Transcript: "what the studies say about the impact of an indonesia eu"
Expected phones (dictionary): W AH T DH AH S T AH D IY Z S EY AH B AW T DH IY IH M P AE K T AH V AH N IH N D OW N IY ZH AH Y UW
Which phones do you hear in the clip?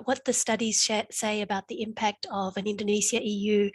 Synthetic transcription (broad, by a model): W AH T DH AH S T AH D IY Z S EY AH B AW T DH IY IH M P AE K T AH V AH N IH N D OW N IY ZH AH Y UW